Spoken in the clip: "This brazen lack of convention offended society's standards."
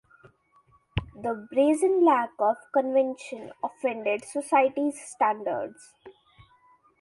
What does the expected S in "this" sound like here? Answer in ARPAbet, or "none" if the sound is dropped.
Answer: none